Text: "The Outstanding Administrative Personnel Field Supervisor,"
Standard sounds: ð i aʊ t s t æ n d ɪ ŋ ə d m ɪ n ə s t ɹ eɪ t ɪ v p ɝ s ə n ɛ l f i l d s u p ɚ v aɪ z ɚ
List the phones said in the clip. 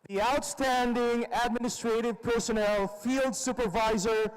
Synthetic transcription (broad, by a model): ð i aʊ t s t æ n d ɪ ŋ ə d m ɪ n ə s t ɹ eɪ t ɪ v p ɝ s ə n ɛ l f i l d s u p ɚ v aɪ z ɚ